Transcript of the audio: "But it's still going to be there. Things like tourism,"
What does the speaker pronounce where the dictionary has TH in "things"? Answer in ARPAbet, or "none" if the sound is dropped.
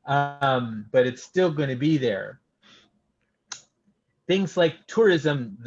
TH